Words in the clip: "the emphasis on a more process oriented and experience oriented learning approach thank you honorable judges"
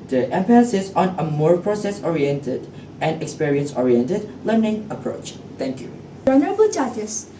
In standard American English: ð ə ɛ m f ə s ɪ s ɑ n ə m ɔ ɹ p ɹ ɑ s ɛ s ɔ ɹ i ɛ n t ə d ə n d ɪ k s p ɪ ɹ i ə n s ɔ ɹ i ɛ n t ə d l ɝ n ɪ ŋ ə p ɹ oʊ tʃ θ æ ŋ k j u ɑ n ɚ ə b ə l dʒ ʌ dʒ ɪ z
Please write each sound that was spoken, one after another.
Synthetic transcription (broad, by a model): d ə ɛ m p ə s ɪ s ɑ n ə m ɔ ɹ p ɹ ɑ s ɛ s ɔ ɹ i ɛ n t ə d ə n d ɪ k s p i ɹ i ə n s ɔ ɹ i ɛ n t ə d l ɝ n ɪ ŋ ə p ɹ oʊ tʃ t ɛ ŋ k j u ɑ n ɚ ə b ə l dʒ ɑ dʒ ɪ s